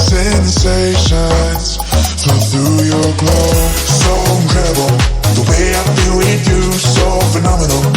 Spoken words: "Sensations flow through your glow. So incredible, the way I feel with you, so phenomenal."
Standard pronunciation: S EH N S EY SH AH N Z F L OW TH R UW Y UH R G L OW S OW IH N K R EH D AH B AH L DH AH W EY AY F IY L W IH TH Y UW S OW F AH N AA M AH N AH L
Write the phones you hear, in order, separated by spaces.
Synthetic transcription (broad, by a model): S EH N S EY SH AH N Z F OW TH R UW Y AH R G L OW S OW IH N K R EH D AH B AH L DH AH W EY AY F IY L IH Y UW S OW F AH N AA M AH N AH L